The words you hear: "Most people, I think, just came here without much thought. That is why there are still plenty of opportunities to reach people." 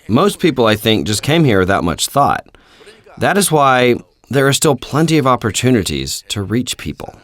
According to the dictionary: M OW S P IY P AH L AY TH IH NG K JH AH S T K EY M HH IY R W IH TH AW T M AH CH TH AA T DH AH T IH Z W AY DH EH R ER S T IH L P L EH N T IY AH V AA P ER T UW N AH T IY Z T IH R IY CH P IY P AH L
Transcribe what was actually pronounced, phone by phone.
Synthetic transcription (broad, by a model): M OW S P IY P L AY TH IH NG K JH AH S K EY M HH IY R W IH TH AW T M AH CH TH AA T DH AH T IH Z W AY DH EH R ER S T IH L P L EH N T IY AH V AA P ER T UW N AH T IY Z T IH R IY CH P IY P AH L